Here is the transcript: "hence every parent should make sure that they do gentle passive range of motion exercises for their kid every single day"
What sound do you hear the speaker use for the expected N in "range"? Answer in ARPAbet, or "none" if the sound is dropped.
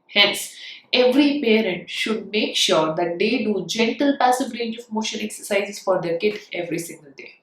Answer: N